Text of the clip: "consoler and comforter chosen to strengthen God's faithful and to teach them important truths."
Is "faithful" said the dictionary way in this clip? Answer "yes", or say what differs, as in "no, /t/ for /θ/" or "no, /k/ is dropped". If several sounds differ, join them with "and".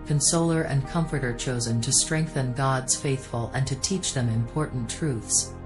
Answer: yes